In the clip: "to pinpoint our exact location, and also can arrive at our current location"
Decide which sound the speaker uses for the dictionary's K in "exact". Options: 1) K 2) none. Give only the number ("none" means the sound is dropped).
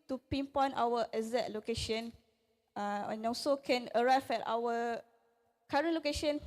2